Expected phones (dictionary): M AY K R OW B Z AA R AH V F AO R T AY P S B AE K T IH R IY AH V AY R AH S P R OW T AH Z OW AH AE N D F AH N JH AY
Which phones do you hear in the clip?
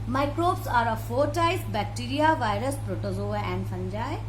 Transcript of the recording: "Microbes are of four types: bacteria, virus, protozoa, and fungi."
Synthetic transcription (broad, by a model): M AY K R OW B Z AA R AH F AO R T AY S B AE K T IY R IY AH V AY R AH S P R OW T AH Z OW AH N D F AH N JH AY